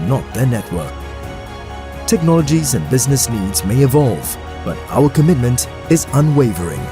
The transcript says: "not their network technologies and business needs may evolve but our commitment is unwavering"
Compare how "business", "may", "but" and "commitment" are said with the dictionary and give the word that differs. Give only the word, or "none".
none